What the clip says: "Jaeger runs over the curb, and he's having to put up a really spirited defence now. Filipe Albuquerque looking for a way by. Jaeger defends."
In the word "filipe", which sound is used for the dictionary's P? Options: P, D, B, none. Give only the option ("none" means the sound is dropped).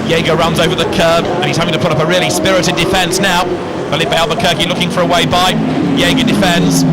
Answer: B